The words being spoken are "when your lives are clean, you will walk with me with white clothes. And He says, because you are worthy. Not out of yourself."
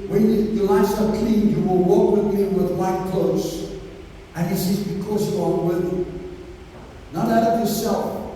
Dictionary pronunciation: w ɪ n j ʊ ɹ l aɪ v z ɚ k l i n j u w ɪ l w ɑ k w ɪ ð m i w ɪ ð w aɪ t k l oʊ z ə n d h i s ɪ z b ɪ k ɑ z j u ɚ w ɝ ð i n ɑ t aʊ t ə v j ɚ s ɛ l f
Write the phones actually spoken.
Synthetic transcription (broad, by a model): w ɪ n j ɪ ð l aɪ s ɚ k i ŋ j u w ɪ l w ɑ k w ɪ ð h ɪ w ɪ ð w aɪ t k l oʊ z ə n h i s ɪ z b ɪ k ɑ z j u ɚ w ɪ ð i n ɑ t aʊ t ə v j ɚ s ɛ l f